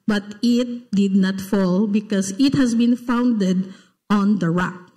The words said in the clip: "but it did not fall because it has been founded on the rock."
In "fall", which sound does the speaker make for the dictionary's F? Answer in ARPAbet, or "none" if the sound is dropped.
F